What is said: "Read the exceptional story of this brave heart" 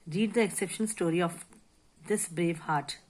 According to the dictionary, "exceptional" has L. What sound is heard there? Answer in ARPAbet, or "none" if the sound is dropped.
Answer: N